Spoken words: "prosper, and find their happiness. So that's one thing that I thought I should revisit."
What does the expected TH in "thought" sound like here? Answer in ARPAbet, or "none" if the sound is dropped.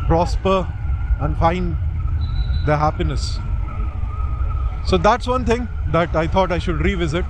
T